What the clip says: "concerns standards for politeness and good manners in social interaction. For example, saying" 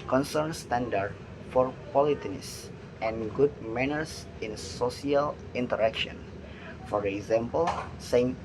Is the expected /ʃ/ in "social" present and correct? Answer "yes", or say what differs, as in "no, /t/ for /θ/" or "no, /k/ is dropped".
no, /s/ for /ʃ/